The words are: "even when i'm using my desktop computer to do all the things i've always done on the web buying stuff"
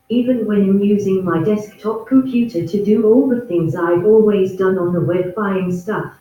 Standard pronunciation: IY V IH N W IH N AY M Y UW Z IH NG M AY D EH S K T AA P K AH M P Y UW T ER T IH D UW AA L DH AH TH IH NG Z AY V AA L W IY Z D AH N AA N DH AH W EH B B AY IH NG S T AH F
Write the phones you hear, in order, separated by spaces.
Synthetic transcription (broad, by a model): IY V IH N W IH N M Y UW Z IH NG M AY D EH S K T AA P K AH M P Y UW T ER T IH D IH AA L DH AH TH IH NG Z AY V AA L W IY Z D AH N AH N DH AH W EH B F AY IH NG S T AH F